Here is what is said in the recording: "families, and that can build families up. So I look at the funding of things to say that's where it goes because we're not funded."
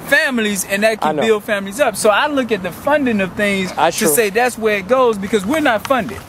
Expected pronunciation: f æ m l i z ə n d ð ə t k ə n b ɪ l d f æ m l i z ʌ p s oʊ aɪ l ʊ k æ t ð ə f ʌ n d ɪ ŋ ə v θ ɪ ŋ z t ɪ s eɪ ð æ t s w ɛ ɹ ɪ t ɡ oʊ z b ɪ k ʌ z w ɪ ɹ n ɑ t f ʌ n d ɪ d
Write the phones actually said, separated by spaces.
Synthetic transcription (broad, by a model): f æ m l i z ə n ð ə t k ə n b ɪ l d f æ m l i z ʌ p s oʊ aɪ l ʊ k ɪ t ð ə f ʌ n d ɪ ŋ ə v θ ɪ ŋ z t ɪ s eɪ ð æ t s w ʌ ɹ ɪ t ɡ oʊ z b ɪ k ʌ z w ɪ ɹ n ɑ t f ʌ n d ɪ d